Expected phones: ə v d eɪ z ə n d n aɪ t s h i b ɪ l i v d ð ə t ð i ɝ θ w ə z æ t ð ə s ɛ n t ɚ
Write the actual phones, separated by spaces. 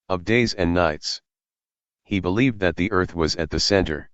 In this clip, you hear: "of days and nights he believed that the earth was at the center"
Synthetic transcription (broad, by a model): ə v d eɪ z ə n n aɪ t s h i b ɪ l i v d ð ə t ð i ɝ θ w ə z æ t ð ə s ɛ n t ɚ